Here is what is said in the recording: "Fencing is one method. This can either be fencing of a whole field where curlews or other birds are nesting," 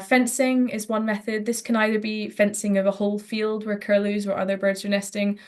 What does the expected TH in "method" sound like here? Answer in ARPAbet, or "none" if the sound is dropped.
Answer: TH